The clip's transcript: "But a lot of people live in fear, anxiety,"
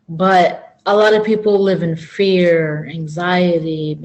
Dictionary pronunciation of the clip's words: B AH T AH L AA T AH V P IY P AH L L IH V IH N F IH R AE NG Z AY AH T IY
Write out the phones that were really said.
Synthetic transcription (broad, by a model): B AH T AH L AA T AH V P IY P L L IH V IH N F IH R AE NG Z AY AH T IY